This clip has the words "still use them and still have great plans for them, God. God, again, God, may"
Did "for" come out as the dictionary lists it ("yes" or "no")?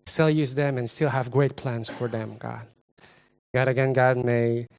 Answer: yes